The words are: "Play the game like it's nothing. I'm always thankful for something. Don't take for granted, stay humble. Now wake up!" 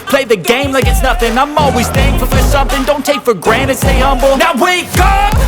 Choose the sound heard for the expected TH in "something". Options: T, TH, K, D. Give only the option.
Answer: TH